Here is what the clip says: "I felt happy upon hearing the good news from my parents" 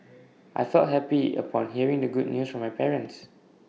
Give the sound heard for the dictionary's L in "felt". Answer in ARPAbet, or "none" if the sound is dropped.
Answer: none